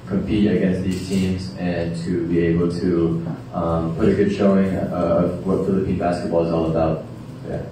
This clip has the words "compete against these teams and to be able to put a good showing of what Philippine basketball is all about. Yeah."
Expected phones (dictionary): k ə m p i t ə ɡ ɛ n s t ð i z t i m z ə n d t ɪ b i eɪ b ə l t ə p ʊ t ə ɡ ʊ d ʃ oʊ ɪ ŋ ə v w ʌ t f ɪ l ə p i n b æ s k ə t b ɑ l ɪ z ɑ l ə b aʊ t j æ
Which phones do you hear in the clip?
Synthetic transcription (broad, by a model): k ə m p i t ə ɡ ɛ n s t ð i z t i m z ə n t ɪ b i eɪ b l t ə p ʊ t ə ɡ ʊ d ʃ oʊ ɪ ŋ ə v w ʌ t f ɪ l ə p i n b æ s k ə t b ɑ l ɪ z ɑ l ə b aʊ t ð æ